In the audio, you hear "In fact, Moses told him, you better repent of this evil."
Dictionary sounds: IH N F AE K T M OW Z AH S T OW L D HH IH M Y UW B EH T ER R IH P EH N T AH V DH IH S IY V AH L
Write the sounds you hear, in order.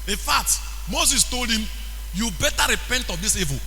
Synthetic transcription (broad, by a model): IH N F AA K T M OW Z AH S T OW L D HH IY M Y UW B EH T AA R IH P EH N T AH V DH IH S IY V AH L